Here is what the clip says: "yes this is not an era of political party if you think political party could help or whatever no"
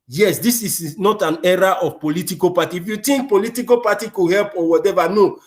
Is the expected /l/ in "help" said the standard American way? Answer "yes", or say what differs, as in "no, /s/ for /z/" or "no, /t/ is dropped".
yes